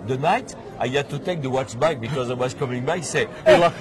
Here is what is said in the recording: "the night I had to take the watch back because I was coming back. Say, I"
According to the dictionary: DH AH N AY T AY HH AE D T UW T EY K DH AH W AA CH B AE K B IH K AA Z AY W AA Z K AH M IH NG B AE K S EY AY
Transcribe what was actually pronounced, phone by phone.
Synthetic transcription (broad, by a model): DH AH N AY T AY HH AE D T UW T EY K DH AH W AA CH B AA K B IH K AA Z AY W AA Z K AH M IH NG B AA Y S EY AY